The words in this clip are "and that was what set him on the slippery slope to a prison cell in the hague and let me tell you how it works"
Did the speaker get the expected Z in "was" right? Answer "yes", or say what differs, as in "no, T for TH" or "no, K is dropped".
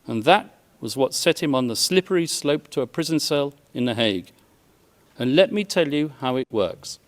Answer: yes